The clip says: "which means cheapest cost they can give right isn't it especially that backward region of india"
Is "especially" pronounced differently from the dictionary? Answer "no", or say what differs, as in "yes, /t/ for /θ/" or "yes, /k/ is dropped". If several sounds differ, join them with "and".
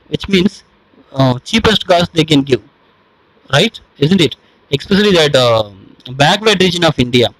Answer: yes, /s/ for /ʃ/